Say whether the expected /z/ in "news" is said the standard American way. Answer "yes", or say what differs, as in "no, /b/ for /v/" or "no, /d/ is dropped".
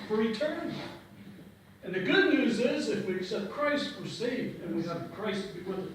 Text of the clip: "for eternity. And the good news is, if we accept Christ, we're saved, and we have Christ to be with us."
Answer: yes